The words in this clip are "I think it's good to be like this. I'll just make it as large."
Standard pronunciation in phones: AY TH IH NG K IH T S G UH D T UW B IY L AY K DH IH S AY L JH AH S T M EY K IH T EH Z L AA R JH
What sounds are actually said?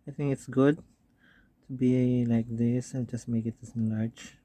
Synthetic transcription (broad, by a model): AY T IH NG K IH T S G UH D T UW B IY L AY K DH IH S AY N JH AH S T M EY K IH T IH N L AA R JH